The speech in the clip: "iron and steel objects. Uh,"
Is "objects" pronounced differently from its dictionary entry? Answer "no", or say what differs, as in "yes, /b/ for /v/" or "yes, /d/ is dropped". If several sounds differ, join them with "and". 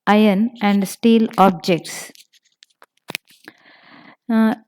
no